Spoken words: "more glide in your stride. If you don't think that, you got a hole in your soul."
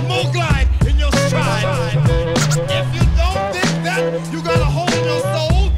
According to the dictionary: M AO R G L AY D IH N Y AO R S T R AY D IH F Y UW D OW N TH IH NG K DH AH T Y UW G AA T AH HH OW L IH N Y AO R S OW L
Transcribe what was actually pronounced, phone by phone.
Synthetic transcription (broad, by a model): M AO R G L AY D IH N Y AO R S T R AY IH F Y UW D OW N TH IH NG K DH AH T Y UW G AA T AH HH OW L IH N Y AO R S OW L